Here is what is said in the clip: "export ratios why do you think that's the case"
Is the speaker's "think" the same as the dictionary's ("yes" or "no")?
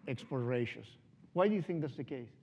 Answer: yes